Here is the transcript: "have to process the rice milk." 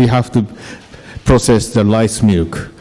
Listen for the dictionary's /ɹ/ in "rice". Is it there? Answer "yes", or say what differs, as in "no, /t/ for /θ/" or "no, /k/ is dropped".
no, /l/ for /ɹ/